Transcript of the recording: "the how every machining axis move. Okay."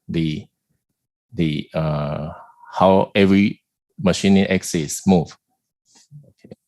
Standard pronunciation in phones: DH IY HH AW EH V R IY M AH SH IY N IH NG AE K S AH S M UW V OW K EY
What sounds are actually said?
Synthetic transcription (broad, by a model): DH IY HH AW EH V R IY M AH SH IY N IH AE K S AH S M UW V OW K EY